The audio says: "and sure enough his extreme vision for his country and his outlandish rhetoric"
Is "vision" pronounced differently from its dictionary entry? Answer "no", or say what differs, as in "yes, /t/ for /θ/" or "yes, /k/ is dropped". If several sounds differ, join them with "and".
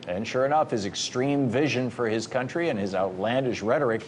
no